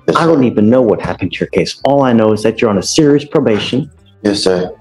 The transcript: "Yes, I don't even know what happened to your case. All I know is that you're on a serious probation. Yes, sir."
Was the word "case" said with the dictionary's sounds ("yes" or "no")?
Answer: yes